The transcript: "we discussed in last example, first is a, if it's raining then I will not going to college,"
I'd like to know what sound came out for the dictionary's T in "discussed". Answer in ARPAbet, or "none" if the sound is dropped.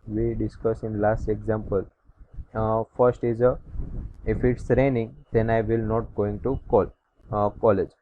none